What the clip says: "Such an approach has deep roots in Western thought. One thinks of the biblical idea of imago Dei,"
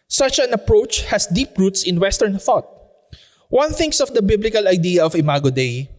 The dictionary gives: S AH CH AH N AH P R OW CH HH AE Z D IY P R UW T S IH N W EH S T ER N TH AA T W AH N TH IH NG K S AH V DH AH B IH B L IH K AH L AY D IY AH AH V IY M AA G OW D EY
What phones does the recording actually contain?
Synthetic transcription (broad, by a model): S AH CH AH N AH P R OW CH HH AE S D IY P R UW T S IH N W EH S T ER N TH AA T W AH N TH IH NG K S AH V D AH B IH B L IH K AH L AY D IY AH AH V IY M AA G OW D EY